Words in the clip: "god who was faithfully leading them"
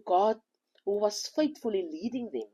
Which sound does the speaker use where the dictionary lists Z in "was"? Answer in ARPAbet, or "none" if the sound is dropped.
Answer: S